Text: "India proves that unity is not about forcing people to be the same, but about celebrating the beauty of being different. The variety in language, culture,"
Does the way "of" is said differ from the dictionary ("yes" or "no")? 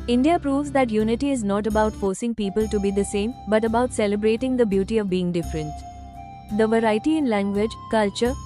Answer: no